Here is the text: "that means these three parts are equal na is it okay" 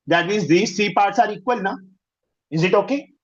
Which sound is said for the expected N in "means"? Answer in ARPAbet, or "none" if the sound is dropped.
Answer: none